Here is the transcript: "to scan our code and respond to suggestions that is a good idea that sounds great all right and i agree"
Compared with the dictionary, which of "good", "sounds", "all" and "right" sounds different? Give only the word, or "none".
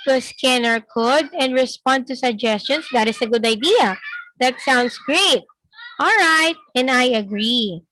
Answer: sounds